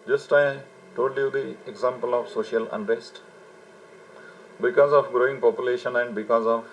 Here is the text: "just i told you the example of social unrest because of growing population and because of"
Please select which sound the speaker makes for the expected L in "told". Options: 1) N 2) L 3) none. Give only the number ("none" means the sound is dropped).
3